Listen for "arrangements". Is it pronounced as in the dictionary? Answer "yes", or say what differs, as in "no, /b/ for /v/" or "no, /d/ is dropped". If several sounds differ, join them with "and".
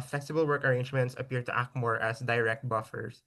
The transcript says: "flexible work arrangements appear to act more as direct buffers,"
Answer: yes